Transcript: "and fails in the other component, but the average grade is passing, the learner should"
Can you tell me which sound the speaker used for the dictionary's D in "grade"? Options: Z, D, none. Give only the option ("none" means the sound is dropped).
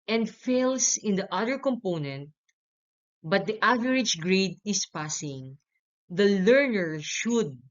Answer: D